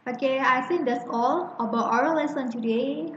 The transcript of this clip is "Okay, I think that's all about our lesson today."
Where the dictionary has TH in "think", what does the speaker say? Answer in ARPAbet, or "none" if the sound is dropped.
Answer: S